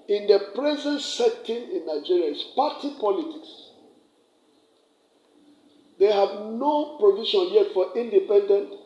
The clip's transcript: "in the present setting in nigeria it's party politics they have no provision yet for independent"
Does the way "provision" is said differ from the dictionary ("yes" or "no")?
yes